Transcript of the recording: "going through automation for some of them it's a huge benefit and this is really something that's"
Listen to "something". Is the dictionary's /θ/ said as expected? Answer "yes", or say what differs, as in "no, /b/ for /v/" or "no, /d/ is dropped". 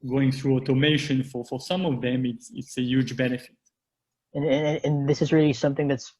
yes